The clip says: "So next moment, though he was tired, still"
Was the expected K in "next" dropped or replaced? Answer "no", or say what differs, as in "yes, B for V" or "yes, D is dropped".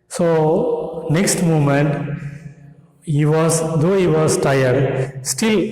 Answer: no